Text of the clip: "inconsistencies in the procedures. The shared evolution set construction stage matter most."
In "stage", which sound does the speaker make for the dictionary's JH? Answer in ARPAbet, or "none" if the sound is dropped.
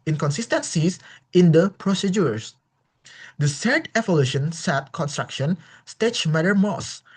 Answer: CH